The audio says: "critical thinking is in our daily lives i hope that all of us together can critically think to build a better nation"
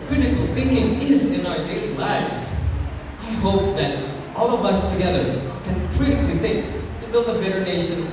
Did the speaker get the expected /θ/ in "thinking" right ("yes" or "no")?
yes